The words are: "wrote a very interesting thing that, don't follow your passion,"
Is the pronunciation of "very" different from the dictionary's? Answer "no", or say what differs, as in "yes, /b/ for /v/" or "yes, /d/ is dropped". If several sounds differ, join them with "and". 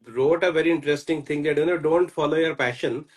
no